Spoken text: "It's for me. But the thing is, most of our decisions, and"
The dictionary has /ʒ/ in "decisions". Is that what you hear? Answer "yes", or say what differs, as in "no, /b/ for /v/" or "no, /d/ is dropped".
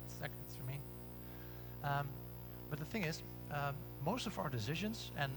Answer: yes